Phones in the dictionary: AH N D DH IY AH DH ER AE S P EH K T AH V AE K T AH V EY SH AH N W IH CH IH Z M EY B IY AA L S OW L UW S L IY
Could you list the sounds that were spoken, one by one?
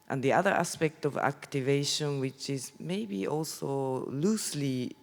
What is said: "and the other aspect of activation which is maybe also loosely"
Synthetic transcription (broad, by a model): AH N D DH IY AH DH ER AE S P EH K T AH V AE K T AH V EY SH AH N W IH CH IH Z M EY B IY AA L S OW L UW S L IY